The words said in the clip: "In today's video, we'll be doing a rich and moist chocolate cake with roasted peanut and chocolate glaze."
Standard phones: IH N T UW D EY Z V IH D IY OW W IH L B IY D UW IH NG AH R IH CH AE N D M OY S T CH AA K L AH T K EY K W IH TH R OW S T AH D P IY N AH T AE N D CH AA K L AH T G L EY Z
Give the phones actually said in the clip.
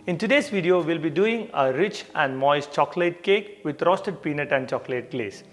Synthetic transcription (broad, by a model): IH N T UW D EY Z V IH D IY OW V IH L B IY D UW IH NG AH R IH CH AE N D M OY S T CH AA K L AH T K EY K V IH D R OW S T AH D P IY N AH T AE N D CH AA K L AH T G L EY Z